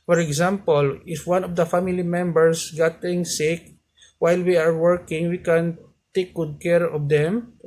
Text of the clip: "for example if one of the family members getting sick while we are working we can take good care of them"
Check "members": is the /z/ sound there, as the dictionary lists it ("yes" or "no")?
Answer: no